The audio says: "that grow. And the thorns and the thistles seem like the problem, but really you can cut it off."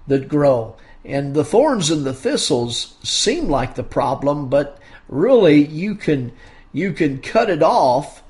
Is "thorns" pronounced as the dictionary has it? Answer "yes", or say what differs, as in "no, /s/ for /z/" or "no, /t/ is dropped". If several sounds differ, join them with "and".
yes